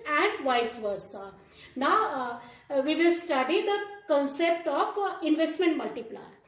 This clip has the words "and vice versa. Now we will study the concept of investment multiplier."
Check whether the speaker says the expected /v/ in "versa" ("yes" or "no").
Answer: yes